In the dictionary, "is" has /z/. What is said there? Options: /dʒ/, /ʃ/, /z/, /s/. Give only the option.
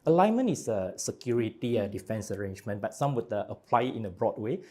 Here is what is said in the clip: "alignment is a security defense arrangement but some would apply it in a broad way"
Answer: /s/